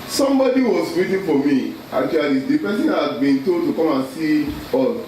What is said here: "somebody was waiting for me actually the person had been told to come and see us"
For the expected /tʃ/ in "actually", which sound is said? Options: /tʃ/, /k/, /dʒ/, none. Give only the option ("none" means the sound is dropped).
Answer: none